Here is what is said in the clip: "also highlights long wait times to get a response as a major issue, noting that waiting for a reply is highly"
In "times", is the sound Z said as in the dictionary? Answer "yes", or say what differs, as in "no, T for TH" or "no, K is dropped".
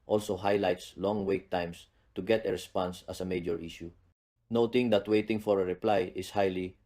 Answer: no, S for Z